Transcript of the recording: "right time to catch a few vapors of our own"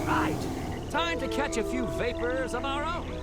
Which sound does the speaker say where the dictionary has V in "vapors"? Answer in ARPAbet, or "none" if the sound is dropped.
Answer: V